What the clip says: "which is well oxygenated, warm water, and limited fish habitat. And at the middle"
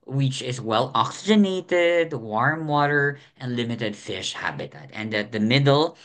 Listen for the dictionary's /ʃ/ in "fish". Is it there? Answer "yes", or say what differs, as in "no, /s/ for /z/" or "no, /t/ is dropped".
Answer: yes